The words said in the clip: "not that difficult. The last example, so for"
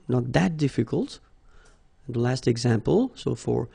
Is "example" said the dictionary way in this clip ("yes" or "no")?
yes